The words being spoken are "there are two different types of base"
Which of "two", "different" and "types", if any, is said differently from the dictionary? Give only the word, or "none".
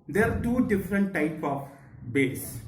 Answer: types